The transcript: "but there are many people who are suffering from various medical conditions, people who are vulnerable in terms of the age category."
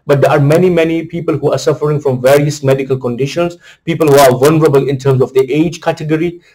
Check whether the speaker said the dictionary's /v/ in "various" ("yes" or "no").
yes